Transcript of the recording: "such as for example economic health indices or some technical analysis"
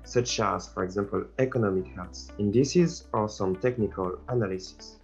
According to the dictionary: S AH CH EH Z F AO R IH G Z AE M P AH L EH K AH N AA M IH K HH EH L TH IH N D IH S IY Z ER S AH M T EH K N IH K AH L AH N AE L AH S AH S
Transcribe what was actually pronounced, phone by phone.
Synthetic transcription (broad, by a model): S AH CH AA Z F AO R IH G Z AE M P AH L EH K AH N AA M IH K HH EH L S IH N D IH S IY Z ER S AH M T EH K N IH K AH L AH N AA L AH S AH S